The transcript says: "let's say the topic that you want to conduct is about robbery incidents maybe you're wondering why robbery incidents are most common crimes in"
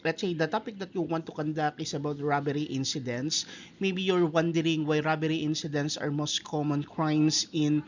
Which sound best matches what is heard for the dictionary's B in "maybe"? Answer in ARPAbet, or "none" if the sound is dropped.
B